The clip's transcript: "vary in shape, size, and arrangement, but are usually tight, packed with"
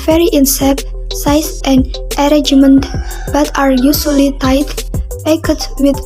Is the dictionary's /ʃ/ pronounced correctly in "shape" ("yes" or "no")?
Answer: no